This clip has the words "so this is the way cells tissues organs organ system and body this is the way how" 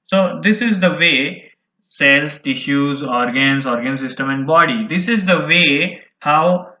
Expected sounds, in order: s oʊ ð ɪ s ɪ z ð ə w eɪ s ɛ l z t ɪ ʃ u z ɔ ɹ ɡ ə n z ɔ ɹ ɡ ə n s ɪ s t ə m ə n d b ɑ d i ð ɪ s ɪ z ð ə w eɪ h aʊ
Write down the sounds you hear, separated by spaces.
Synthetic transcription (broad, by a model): s oʊ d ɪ s ɪ z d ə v eɪ s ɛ l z t ɪ ʃ u z ɔ ɹ ɡ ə n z ɔ ɹ ɡ ə n s ɪ s t ə m ə n d b ɑ d i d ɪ s ɪ z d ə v eɪ h aʊ